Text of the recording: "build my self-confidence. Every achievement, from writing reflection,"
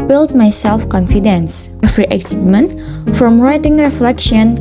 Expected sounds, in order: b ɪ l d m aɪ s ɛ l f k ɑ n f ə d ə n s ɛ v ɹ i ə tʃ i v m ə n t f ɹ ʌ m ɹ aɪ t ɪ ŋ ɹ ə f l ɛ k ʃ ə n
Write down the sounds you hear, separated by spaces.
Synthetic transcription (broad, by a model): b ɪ l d m aɪ s ɛ l f k ɑ n f ə d ə n s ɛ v ɹ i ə s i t m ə n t f ɹ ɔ m ɹ aɪ t ɪ ŋ ɹ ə f l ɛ k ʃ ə n